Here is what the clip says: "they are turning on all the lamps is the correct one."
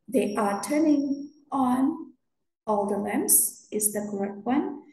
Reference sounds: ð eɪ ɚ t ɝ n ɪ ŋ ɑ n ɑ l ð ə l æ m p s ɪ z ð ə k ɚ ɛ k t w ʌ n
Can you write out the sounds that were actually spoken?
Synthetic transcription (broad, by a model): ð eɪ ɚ t ɝ n ɪ ŋ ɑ n ɑ l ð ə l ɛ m s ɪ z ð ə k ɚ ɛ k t w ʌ n